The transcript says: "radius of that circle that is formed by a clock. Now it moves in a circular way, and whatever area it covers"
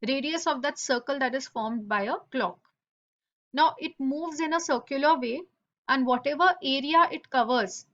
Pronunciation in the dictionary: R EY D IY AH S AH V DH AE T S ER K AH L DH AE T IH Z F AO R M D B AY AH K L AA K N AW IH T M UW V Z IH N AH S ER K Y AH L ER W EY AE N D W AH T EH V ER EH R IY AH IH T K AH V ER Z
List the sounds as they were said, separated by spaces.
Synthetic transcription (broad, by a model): R EY D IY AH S AH V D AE T S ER K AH L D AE T IH Z F AO R M D B AY AH K L AA K N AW IH T M UW V Z IH N AH S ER K Y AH L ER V EY AE N D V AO T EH V ER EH R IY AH IH T K AH V ER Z